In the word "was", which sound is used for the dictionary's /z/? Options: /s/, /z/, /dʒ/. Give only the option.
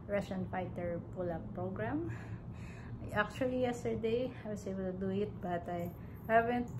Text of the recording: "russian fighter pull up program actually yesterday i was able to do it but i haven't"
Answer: /s/